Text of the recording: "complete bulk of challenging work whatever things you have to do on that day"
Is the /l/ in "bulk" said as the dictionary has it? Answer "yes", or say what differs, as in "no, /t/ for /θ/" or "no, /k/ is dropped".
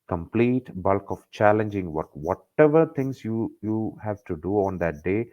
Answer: yes